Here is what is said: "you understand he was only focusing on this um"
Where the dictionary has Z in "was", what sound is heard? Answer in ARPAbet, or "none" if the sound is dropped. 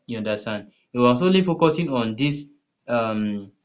S